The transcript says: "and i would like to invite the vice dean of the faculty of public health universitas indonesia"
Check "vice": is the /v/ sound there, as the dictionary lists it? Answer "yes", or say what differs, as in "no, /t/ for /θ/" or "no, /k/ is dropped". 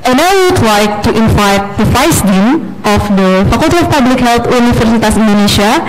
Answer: no, /f/ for /v/